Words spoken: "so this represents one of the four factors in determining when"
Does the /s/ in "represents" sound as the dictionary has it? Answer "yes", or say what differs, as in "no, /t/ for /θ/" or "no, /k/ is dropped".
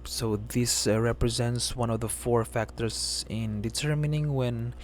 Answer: yes